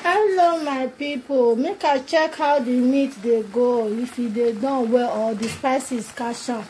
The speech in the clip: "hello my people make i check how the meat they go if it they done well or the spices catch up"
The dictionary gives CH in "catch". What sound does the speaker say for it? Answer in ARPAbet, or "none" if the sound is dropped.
SH